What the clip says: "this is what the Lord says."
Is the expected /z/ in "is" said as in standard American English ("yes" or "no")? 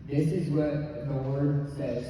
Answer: yes